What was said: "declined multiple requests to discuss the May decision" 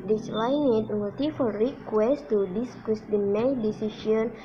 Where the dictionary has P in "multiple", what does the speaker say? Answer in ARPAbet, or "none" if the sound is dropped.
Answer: F